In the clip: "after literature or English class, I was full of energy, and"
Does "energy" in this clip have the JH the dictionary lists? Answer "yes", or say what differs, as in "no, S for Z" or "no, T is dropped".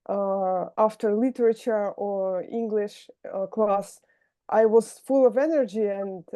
yes